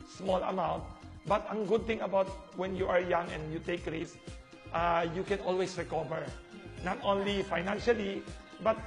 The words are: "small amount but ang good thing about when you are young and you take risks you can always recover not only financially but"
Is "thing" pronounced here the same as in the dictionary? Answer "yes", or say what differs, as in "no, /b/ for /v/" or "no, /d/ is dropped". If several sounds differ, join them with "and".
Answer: no, /t/ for /θ/